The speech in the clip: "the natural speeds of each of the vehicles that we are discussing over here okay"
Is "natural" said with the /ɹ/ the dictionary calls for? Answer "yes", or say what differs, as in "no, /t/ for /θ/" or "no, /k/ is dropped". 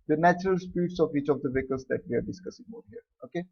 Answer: yes